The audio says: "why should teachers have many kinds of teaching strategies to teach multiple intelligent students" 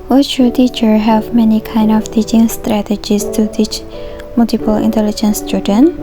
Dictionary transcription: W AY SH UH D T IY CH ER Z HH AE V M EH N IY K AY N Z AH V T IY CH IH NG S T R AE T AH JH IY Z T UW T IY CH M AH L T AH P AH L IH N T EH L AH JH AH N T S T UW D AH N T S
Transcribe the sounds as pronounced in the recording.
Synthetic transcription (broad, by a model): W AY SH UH T IY CH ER HH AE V M EH N IY K AY N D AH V T IY CH IH NG S T R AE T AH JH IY S T UW T IY CH M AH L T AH P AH L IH N T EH L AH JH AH N S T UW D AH N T